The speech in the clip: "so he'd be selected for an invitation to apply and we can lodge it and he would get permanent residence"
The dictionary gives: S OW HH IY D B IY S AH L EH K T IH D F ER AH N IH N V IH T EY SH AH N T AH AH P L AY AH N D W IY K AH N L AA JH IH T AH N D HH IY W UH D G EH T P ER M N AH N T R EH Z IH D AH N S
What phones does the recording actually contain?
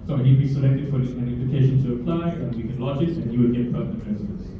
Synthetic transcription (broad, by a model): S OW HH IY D B IY S AH L EH K T IH D F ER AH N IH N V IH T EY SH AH N T AH AH P L AY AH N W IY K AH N L AA JH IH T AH N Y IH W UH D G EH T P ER N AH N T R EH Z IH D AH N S